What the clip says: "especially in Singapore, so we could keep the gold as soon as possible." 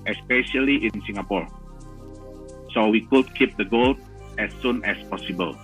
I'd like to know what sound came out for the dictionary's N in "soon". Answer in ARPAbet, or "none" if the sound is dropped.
N